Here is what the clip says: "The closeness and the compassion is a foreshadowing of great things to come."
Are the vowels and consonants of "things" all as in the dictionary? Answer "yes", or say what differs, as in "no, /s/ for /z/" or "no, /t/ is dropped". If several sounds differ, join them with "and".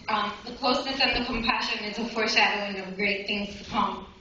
yes